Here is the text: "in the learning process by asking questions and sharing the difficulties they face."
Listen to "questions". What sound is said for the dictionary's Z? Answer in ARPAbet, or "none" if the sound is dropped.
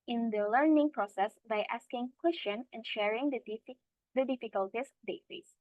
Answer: none